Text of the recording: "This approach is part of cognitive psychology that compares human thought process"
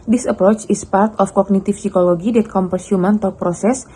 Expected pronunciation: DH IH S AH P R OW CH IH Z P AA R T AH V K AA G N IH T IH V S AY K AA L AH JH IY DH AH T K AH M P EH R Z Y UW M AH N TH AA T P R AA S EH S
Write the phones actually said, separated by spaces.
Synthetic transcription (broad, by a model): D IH S AH P R OW CH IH S P AA R T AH F K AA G N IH T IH F S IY K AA L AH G IY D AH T K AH M P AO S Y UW M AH N T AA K P R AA S EH S